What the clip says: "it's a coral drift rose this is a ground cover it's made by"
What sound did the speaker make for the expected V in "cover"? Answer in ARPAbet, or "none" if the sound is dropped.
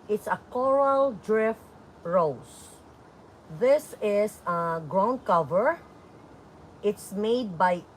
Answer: V